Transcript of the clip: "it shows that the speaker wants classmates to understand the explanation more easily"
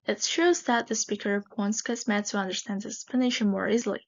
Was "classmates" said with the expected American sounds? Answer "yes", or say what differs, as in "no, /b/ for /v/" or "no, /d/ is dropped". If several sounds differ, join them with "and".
no, /l/ is dropped